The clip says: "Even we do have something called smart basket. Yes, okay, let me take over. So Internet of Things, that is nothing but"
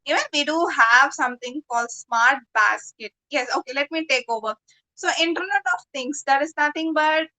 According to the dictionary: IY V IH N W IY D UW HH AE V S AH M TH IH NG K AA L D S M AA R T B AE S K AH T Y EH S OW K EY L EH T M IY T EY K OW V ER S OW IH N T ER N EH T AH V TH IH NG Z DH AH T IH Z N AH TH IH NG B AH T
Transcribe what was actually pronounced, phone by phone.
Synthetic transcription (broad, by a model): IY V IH N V IY D UW HH AE V S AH M T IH NG K AA L D S M AA R T B AE S K AH T Y EH S OW K EY L EH T M IY T EY K OW V ER S OW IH N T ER N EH T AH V T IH NG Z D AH T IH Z N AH T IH NG B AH T